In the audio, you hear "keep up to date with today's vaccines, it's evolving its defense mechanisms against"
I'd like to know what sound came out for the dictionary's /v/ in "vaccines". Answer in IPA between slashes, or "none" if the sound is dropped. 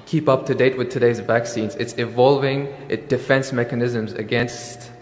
/v/